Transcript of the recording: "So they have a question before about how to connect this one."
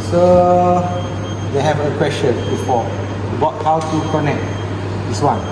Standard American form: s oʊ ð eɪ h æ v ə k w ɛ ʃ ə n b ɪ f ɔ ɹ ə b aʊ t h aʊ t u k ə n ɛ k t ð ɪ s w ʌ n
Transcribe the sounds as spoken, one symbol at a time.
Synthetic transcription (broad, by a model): s oʊ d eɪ h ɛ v ə k w ɛ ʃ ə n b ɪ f ɔ w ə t h aʊ t u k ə n ɛ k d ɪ s w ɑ n